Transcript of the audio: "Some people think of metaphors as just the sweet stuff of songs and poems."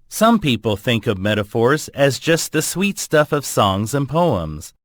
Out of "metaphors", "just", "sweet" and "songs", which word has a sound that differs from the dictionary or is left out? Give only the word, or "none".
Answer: none